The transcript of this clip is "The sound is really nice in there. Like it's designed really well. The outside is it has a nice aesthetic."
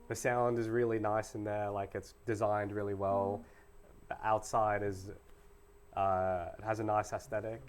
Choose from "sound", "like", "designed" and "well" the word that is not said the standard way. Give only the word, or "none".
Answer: none